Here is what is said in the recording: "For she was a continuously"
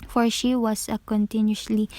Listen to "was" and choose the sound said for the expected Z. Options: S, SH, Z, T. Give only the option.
S